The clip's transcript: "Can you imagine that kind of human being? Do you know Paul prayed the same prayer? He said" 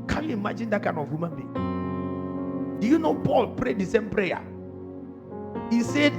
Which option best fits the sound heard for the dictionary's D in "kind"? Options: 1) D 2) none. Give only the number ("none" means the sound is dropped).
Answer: 2